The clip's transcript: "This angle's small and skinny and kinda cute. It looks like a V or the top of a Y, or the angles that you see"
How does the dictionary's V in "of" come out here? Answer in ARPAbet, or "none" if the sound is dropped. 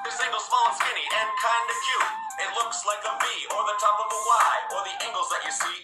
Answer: V